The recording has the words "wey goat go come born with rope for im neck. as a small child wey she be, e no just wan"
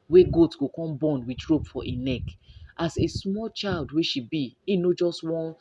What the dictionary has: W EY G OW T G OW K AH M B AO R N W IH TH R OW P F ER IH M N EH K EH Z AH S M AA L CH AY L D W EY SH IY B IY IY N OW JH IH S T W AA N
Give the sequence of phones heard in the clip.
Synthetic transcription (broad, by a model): W EY G OW T G OW K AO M B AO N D W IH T R OW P F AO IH N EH K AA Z AH S M AA L CH AY L D W EY SH IY B IY IY N OW JH IH S T W AA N